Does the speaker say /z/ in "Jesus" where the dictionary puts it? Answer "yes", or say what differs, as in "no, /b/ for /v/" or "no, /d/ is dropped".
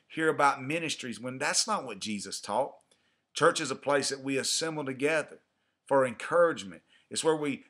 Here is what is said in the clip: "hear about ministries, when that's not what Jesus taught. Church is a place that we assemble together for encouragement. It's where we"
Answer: yes